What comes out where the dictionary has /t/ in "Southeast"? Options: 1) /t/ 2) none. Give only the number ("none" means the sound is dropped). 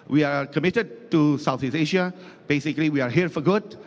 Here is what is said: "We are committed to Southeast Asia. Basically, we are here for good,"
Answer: 2